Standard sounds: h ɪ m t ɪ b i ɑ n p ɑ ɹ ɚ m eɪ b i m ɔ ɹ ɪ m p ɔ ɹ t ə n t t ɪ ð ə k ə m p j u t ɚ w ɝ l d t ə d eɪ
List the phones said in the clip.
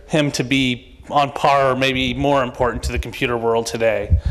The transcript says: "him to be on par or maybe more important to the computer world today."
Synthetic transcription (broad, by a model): h ɪ m t ɪ b i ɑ n p ɑ ɹ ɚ m eɪ b i m ɔ ɹ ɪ m p ɔ ɹ t n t t ɪ ð ə k m p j u t ɚ w ɝ l d t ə d eɪ